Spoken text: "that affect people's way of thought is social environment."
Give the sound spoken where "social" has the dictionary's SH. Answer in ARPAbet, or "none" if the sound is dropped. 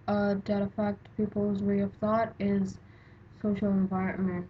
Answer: SH